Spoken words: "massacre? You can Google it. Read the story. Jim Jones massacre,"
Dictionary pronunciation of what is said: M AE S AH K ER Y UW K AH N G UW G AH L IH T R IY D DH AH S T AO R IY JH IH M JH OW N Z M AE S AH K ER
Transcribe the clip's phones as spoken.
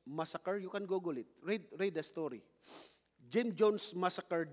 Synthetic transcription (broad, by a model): M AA S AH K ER Y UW K AH N G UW G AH L IH T R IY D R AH S T AO R IY JH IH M JH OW N S M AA S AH K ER